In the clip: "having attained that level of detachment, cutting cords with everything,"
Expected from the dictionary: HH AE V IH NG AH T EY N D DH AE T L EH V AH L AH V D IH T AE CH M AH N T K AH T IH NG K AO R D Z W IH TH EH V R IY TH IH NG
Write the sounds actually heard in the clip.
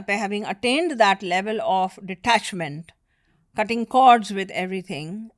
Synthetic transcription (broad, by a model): HH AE V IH NG AH T EY N D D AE T L EH V AH L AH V D IH T AE CH M AH N T K AH T IH NG K AO R D Z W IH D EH V R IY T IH NG